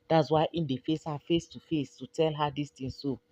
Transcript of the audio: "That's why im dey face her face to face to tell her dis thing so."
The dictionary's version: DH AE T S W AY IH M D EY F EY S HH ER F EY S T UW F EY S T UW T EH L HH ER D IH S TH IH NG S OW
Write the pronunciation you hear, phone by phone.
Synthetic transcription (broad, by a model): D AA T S W AY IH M D EY F EY S HH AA F EY S T UW F EY S T UW T EH L HH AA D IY S T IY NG S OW